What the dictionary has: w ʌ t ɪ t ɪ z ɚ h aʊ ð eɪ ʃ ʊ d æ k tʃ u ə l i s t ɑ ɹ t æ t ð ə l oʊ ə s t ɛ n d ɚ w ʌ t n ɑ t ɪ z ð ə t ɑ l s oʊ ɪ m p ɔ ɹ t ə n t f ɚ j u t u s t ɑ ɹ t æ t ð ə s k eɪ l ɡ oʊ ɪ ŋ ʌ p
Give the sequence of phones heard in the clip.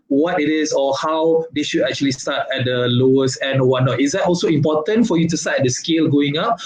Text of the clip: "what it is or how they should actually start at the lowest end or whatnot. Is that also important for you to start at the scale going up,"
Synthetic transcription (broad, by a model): w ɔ t ɪ t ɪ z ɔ h aʊ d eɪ ʃ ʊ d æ k tʃ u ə l i s t ɑ t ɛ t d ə l oʊ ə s ɛ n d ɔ w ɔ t n ɑ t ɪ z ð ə t ɑ l s oʊ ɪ m p ɔ t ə n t f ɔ j u t u s t ɑ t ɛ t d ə s k eɪ l ɡ oʊ ɪ ŋ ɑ p